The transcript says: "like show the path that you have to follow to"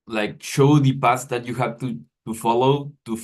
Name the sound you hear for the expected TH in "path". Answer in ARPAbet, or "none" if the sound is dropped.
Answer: S